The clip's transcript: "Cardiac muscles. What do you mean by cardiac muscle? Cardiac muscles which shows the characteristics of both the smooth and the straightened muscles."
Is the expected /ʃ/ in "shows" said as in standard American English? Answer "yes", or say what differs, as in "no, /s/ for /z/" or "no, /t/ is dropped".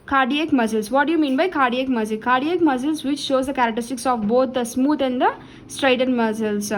yes